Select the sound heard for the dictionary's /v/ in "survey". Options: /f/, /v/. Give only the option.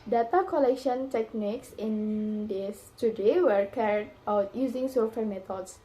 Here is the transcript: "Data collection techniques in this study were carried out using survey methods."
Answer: /f/